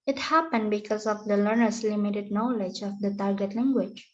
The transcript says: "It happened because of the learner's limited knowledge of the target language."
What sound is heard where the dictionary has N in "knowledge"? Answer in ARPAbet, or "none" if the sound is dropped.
N